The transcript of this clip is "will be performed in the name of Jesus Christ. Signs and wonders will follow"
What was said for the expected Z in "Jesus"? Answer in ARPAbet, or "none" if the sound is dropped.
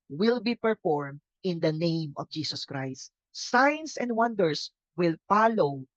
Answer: S